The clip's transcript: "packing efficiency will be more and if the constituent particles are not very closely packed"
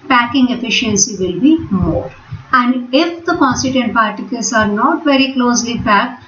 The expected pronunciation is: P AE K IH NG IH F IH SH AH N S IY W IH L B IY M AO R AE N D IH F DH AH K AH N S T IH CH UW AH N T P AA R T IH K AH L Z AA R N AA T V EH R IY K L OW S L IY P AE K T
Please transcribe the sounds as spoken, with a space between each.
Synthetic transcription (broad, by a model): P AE K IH NG IH F IH SH AH N S IY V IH L B IY M AO R AE N D IH F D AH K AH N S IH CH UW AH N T P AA R T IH K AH L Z AA R N AA T V EH R IY K L OW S L IY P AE K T